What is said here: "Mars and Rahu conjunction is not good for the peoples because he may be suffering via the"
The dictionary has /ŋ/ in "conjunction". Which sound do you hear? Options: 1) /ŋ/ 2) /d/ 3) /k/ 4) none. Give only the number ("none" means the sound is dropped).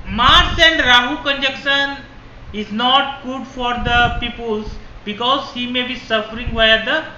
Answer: 4